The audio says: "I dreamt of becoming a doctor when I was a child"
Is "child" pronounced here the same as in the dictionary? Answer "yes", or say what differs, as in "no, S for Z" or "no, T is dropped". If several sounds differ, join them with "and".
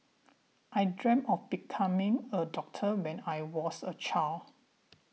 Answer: no, D is dropped